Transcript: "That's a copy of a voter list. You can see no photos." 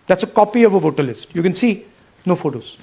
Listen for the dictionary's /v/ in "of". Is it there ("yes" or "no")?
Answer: yes